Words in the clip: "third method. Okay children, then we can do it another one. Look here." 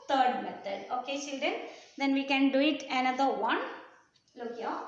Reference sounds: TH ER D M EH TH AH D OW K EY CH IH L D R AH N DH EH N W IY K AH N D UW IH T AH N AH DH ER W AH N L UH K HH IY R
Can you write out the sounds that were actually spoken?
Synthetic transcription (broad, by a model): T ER D M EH T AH D OW K EY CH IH L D AH N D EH N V IY K AH N D UW IH T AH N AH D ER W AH N L UH K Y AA